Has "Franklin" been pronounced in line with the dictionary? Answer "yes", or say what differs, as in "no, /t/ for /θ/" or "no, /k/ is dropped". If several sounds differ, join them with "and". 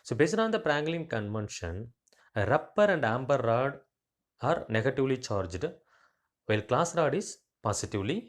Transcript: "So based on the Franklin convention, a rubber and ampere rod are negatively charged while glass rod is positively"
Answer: no, /p/ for /f/